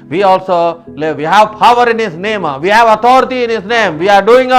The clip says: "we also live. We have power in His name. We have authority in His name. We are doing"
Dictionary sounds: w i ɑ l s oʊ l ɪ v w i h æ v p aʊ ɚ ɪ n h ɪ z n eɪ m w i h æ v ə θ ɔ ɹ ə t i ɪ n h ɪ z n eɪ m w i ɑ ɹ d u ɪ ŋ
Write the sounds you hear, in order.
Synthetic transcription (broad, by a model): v i ɑ l s oʊ l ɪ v i h æ v p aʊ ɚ ɪ n h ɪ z n eɪ m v i h æ v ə t ɔ ɹ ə t i ɪ n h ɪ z n eɪ m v i ɑ ɹ d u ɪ ŋ